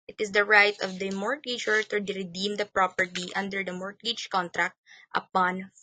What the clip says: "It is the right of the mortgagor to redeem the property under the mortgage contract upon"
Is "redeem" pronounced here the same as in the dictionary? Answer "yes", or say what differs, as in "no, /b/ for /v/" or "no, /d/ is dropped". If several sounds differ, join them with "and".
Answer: yes